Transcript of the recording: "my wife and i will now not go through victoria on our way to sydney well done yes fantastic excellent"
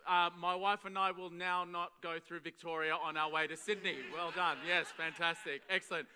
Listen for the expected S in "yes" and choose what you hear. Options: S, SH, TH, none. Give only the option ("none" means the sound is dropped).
S